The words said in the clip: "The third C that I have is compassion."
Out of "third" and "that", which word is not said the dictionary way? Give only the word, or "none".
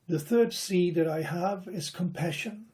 none